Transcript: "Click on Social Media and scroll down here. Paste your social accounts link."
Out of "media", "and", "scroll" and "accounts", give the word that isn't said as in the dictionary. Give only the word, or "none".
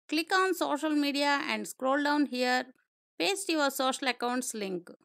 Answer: none